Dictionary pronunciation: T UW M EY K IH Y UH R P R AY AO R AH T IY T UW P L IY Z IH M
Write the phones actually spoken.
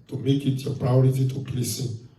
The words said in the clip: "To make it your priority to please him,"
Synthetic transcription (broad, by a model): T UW M EY K IH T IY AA P R AY AO R AH T IY T UW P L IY S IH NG